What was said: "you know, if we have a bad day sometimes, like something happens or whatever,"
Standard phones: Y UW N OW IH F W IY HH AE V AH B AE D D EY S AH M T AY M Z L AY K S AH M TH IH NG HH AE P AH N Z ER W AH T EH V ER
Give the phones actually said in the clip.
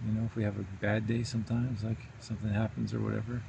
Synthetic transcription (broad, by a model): Y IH N OW IH F W IY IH V AH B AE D D EY S AH M T AY M Z L AY K S AH M TH IH NG HH AE P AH N Z ER W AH T EH V ER